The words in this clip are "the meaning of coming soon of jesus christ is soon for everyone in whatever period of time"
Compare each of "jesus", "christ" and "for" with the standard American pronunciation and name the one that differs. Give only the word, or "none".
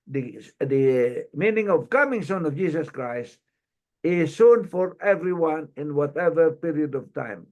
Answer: jesus